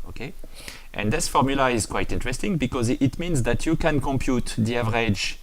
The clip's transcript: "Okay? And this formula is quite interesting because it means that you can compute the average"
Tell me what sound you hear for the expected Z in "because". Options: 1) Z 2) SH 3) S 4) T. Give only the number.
1